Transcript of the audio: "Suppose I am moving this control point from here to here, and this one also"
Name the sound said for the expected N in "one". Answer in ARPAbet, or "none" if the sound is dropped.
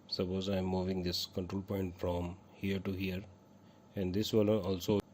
L